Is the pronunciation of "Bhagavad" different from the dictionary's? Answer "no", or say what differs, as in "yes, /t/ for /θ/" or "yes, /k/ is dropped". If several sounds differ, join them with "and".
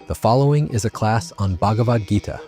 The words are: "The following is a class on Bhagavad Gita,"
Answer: no